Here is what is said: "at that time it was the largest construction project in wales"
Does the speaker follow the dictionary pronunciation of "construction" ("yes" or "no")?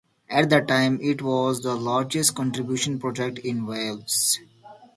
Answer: no